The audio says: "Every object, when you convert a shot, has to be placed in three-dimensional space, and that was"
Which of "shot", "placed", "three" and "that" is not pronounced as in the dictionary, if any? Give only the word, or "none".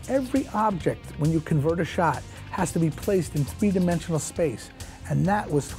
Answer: none